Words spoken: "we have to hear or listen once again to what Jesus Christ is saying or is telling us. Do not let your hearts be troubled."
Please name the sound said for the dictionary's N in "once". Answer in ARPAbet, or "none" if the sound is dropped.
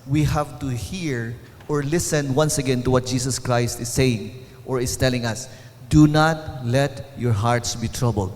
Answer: N